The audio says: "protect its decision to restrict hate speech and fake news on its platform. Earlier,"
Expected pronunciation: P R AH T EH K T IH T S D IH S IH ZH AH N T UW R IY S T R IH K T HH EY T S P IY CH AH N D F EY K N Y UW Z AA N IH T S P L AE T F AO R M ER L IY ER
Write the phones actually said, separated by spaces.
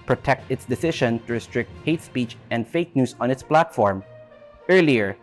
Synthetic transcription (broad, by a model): P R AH T EH K T IH T S D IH S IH SH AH N T UW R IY S T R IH K T HH EY T S P IY CH AH N D F EY K N Y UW S AA N IH T S P L AE T F AO R M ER L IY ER